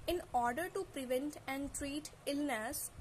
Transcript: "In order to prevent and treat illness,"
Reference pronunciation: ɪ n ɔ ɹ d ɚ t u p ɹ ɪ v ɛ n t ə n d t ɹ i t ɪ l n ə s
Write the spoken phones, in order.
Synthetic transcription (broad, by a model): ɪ n ɔ ɹ d ɚ t u p ɹ ɪ v ɛ n t ə n d t ɹ i t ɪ l n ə s